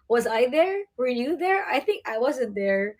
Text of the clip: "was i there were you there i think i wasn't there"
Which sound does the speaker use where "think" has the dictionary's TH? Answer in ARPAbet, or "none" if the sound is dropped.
TH